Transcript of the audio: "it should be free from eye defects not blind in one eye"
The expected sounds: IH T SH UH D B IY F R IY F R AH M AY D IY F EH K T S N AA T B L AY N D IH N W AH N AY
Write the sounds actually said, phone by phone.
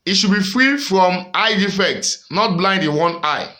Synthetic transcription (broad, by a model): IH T SH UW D B IY F R IY F R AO M AY D IY F EH K T S N AA T B L AY N D IH N W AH N AY